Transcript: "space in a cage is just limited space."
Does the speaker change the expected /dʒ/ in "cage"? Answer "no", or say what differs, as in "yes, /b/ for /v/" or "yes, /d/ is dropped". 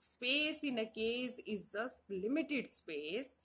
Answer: yes, /z/ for /dʒ/